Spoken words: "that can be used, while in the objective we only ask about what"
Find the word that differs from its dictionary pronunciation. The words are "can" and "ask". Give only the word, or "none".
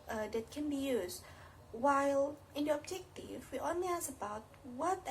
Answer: ask